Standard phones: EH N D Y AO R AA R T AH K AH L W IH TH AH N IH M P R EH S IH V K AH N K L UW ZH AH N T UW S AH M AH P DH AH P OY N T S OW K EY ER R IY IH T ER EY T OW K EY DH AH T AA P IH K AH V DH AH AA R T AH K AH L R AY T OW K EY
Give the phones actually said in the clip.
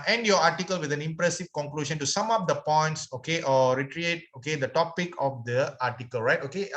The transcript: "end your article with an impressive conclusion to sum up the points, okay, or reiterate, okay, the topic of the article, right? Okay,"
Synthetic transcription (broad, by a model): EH N D Y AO AA T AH K AH L W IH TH AH N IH M P R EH S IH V K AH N K L UW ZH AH N T UW S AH M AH P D AH P OY N T S OW K EY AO R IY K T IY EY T OW K EY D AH T AA P IH K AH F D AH AA T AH K AH L R AY T OW K EY